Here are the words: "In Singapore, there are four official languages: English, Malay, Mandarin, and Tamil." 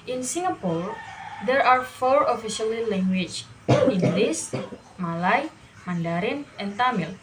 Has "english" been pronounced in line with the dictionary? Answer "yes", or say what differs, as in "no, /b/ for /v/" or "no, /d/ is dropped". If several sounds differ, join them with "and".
no, /s/ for /ʃ/